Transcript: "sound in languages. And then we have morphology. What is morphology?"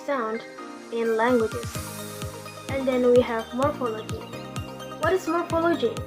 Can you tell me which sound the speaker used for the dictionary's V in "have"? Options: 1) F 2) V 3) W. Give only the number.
2